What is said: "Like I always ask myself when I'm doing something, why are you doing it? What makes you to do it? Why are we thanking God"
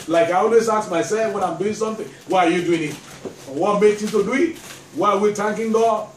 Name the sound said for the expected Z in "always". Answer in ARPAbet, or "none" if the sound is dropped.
S